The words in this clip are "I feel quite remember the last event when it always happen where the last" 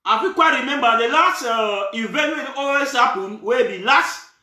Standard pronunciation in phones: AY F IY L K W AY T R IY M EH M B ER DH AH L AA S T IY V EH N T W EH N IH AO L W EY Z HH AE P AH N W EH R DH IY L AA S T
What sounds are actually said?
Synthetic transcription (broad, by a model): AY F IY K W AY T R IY M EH M B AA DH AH L AA S T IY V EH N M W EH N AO W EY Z HH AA P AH N W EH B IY L AA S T